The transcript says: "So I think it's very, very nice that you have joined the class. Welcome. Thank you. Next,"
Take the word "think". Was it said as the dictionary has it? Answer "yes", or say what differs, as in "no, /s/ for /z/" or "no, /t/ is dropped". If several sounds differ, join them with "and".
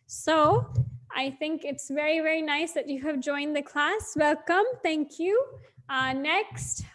yes